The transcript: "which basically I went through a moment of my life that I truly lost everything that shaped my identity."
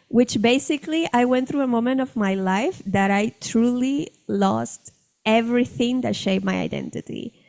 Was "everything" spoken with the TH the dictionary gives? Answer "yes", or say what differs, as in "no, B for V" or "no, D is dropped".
yes